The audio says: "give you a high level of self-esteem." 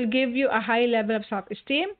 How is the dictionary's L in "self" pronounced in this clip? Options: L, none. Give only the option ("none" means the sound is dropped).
none